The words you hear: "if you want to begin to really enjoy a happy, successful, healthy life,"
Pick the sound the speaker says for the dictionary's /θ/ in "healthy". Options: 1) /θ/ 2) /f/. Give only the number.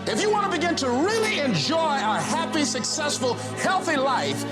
1